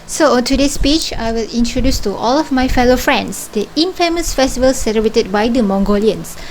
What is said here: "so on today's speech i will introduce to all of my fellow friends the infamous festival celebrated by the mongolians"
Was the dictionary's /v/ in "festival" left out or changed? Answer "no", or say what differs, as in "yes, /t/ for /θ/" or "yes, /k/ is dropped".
no